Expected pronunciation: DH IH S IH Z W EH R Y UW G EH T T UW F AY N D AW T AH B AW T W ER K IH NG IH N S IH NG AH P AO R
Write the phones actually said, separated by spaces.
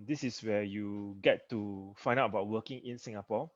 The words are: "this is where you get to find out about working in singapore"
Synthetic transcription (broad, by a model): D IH S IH S W EH Y UW G EH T T UW F AY N D AW T AH B AW T W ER K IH NG IH N S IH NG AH P AO